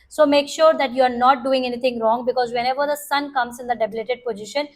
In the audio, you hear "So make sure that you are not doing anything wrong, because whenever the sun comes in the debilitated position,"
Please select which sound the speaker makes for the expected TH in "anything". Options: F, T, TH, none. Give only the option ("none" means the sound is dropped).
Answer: T